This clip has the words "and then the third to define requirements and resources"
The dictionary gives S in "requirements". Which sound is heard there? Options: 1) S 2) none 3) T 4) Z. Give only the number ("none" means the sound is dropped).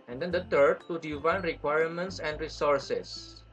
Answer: 1